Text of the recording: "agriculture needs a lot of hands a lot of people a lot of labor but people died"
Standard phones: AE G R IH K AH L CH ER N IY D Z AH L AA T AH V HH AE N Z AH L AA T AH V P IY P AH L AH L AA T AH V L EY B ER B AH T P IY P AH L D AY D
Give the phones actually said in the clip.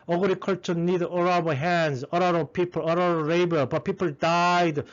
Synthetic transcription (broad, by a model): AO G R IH K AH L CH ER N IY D AH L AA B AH HH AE N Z AH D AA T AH P IY P AH L AH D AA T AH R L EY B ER B AH T P IY P AH L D AY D